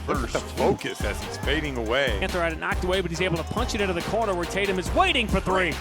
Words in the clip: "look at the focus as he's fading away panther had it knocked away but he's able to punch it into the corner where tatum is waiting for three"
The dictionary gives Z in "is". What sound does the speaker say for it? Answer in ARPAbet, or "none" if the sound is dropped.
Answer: Z